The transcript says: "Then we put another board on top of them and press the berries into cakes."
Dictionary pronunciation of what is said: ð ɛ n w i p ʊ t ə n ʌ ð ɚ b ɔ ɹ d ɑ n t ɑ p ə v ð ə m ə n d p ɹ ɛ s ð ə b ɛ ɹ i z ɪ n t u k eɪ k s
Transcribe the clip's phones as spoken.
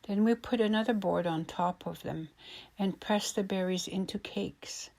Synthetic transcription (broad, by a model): ð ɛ n w i p ʊ t ə n ʌ ð ɚ b ɔ ɹ d n t ɑ p ə v ð ə m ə n p ɹ ɛ s ð ə b ɛ ɹ i z ɪ n t u k eɪ k s